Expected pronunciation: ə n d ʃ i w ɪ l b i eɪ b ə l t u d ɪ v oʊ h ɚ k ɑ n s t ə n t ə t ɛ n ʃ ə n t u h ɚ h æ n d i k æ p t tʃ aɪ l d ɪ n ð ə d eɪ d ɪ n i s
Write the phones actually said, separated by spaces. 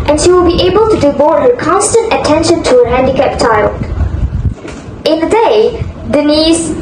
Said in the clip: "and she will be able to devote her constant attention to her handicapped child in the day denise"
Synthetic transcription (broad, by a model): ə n ʃ i w ɪ l b i eɪ b ə l t u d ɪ b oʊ h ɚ k ɑ n s t ə n t ə t ɛ n ʃ ə n t u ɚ h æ n d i k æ p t tʃ aɪ l d ɪ n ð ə d eɪ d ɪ n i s